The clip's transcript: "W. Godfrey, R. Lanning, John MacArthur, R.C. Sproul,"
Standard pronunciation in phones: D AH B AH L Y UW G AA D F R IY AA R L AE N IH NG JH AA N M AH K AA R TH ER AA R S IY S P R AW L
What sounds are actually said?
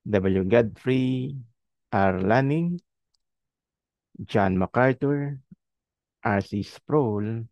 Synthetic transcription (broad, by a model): D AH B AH L Y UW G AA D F R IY AA R L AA N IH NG JH AA N M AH K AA R T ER AA R S IY S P R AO L